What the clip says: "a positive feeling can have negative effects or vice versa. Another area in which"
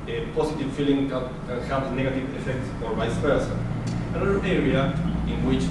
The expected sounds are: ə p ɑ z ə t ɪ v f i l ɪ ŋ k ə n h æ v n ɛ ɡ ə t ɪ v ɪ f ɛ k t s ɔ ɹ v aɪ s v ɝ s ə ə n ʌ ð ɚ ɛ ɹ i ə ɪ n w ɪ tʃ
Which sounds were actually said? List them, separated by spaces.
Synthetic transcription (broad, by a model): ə p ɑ s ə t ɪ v f i l ɪ ŋ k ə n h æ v n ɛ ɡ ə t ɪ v ɪ f ɛ k t s ɔ ɹ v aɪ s p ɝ s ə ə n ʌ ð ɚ ɛ ɹ i ə ɪ n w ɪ tʃ